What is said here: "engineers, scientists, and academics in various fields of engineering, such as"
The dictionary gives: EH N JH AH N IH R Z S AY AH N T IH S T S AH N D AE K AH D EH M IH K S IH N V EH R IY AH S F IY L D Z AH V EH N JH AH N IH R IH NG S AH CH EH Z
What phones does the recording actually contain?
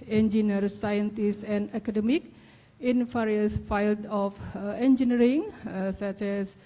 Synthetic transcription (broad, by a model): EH N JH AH N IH R S AY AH N T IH S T AH N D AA K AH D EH M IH K IH N F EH R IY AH S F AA L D AH F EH N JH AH N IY R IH NG S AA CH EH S